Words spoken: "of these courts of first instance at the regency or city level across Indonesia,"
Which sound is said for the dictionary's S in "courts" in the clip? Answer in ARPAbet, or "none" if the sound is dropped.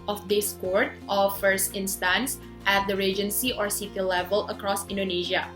none